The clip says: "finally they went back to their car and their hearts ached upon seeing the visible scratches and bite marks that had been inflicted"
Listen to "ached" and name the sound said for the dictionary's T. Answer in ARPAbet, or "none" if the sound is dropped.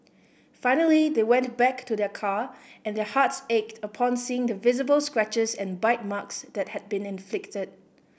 T